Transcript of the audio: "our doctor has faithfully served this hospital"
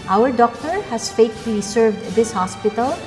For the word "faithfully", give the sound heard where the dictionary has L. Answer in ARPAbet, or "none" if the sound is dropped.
none